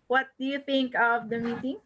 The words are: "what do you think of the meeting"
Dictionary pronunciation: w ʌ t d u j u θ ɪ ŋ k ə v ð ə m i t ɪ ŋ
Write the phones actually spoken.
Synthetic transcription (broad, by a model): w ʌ t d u j u t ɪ ŋ k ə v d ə m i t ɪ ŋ